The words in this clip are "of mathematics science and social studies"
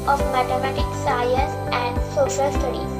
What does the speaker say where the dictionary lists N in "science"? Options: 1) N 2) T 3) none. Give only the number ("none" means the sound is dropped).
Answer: 3